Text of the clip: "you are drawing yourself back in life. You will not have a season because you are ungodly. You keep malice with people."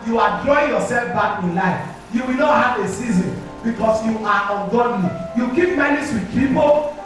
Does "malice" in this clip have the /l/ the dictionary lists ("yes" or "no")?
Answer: no